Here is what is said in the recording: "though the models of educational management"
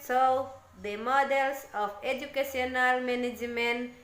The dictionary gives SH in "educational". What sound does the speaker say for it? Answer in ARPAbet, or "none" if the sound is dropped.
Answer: S